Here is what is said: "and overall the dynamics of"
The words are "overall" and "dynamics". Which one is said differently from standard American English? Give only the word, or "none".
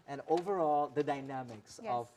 none